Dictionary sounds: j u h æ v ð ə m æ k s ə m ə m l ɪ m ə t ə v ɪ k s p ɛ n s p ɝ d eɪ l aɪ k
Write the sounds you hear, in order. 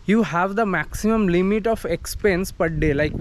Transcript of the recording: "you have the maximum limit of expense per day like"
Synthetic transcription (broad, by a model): j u h æ v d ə m æ k s ə m ə m l ɪ m ə t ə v ɪ k s p ɛ n s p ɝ d eɪ l aɪ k